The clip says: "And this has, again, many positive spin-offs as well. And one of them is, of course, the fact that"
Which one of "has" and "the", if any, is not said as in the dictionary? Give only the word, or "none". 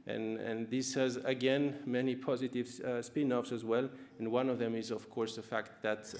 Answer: none